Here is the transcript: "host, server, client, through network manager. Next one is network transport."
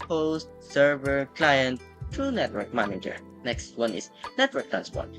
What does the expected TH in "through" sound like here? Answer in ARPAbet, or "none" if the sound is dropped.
T